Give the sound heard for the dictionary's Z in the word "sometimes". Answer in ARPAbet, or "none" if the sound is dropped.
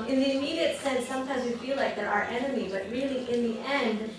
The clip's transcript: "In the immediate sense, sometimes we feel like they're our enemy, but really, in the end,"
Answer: Z